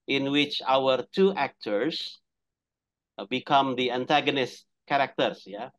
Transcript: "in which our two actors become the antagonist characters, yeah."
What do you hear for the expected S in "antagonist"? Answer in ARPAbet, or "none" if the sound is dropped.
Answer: S